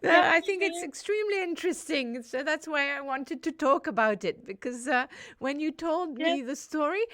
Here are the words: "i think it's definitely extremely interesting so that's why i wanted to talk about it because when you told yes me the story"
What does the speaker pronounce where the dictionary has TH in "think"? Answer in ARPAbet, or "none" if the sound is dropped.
TH